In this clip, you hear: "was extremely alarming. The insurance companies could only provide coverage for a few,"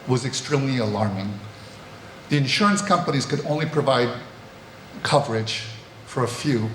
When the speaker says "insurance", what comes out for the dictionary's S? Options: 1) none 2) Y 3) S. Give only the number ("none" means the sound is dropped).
3